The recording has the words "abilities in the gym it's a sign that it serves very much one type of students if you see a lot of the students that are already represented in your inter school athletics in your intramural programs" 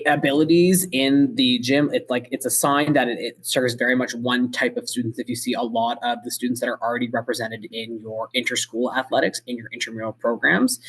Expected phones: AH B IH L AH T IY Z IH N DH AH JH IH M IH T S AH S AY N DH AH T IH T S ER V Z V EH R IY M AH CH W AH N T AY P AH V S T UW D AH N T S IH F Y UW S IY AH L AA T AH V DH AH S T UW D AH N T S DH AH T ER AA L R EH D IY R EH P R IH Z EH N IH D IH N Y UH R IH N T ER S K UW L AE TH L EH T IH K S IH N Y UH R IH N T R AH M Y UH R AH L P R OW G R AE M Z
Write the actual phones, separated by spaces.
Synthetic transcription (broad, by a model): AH B IH L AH T IY Z IH N DH AH JH IH M IH T S AH S AY N DH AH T IH T S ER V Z V EH R IY M AH CH W AH N T AY P AH V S T UW D N T S IH F Y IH S IY AH L AA T AH V DH AH S T UW D N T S DH AH T ER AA L R EH D IY R EH P R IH Z EH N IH D IH N Y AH R IH N T ER S K UW L AE TH L EH T IH K S IH N Y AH R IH N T AH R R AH L P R OW G R AE M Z